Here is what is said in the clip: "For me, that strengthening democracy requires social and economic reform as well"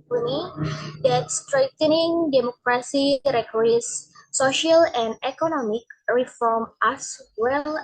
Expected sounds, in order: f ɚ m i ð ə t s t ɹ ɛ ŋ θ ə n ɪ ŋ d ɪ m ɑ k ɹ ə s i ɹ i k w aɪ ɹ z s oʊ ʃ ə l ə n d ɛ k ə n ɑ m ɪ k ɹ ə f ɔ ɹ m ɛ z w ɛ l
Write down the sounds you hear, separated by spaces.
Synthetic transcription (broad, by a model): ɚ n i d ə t s t ɹ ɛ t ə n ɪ ŋ d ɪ m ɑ k ɹ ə s i ɹ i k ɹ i s oʊ ʃ ə l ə n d ɛ k ə n ɑ m ɪ k ɹ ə f ɔ ɹ m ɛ s w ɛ l